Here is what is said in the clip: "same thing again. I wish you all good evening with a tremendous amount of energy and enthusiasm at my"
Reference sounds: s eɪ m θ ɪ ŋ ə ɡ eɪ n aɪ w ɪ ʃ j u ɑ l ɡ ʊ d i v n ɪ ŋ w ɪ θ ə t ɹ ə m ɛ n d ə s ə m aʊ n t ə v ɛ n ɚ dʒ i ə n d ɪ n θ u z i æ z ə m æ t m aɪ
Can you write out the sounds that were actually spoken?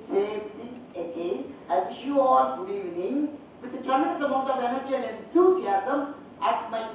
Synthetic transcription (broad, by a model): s eɪ m t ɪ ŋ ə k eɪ aɪ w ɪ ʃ j u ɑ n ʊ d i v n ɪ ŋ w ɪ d ə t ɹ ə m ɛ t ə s ə m aʊ n t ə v ɛ n ɚ dʒ i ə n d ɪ n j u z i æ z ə m æ t m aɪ